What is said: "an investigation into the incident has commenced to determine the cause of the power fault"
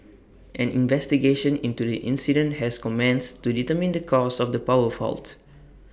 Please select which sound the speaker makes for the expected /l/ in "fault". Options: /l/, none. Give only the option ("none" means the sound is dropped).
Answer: /l/